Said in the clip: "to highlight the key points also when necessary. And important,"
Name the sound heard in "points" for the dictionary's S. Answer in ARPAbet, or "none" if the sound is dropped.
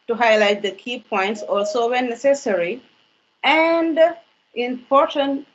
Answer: S